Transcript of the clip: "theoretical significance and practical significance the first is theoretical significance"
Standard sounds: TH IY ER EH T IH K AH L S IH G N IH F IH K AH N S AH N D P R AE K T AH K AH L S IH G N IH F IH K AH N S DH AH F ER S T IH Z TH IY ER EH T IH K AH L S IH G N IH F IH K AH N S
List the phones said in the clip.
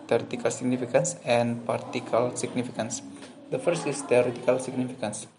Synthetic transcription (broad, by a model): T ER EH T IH K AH L S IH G N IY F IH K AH N S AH N P AA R T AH K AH L S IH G N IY F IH K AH N S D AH F ER S T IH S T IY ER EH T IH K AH L S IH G N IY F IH K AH N S